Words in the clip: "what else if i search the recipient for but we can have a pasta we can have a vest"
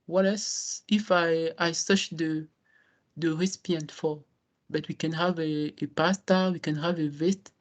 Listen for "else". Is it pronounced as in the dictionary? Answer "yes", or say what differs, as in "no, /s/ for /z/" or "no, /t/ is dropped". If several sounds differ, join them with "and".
no, /l/ is dropped